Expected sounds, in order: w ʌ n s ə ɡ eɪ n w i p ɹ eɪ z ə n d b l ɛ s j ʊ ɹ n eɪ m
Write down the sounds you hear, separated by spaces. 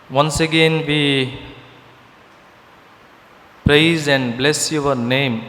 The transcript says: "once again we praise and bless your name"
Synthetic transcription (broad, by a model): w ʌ n s ə ɡ eɪ n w i p ɹ eɪ z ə n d b l ɛ s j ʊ w n eɪ m